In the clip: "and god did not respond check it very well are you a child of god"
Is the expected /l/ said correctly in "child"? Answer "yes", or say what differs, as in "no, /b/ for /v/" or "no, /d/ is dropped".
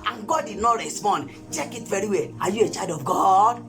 no, /l/ is dropped